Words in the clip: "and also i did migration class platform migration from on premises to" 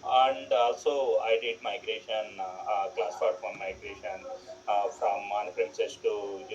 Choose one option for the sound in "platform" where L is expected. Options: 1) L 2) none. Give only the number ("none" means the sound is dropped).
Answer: 2